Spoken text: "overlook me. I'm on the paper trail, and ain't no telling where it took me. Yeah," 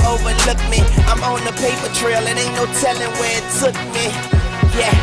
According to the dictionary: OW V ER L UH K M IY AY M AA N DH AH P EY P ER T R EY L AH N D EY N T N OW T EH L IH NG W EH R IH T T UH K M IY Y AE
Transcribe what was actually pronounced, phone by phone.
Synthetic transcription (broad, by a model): OW V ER L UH K M IY AY M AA N DH AH P EY P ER T R EY L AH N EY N N OW T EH L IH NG W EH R IH T S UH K M IY Y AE